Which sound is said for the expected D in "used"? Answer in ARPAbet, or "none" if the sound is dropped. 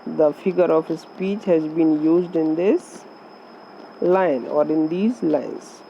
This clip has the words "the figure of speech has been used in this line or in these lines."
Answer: D